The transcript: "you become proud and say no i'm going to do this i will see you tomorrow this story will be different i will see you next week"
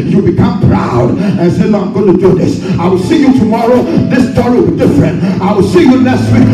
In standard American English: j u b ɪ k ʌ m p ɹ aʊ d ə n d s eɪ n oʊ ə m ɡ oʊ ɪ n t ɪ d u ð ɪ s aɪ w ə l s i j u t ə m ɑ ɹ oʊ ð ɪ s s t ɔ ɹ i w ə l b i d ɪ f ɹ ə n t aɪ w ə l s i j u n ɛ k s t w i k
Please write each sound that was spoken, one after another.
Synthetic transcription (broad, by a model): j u b ɪ k ʌ m p ɹ aʊ d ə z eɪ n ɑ ə m ɡ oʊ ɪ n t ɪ d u ð ɪ s aɪ w ə l s i j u t ə m ɑ ɹ oʊ ð ɪ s s t ɔ ɹ i w ə l b i d ɪ f ɹ ə n t aɪ w ə l s i j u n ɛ s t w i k